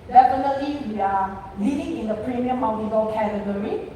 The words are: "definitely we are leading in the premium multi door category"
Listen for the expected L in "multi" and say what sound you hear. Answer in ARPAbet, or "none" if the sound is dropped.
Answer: W